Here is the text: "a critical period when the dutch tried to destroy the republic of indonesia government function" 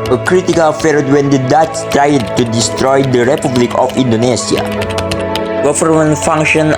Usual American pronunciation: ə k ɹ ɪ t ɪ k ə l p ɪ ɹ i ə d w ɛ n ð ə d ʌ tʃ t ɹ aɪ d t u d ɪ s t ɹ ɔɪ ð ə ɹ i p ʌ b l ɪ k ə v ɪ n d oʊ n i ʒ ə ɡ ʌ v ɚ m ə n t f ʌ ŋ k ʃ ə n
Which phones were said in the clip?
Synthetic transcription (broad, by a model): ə k ɹ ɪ t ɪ k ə l f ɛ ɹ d w ɛ n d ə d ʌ s t ɹ aɪ d t u d ɪ s t ɹ ɔɪ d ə ɹ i p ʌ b l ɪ k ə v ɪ n d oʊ n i s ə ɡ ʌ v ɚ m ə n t f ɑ ŋ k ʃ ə n